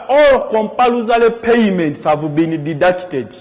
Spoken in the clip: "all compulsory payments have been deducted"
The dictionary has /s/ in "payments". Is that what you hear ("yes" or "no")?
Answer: yes